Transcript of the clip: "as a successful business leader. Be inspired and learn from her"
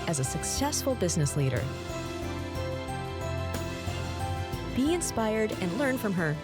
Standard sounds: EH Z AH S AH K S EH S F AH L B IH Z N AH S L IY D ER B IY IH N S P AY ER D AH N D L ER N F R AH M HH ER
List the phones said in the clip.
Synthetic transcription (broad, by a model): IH Z AH S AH K S EH S F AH L B IH Z N AH S L IY D ER B IY IH N S P AY ER D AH N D L ER N F R AH M ER